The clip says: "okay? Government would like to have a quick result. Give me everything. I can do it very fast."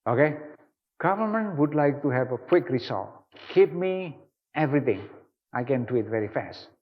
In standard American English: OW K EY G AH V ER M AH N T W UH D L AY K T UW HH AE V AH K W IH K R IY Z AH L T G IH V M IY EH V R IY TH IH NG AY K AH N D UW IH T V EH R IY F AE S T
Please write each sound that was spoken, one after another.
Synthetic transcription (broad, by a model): OW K EY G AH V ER M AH N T W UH D L AY K T UW HH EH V AH K W IH K R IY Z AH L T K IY P M IY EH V R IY T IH NG AY K AH N D UW IH T V EH R IY F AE S T